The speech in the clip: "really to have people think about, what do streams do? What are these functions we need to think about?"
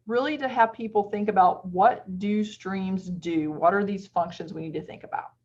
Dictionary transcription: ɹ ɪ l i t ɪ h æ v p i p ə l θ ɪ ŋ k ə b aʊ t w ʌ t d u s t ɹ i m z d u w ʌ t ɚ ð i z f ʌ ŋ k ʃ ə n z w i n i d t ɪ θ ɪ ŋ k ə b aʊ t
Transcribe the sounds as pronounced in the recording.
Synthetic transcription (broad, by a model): ɹ ɪ l i t ɪ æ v p i p l θ ɪ ŋ k ə b aʊ t w ʌ t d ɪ s t ɹ i m z d u w ʌ t ɚ ð i z f ʌ ŋ k ʃ ə n z w i n i d t ɪ θ ɪ ŋ k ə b aʊ t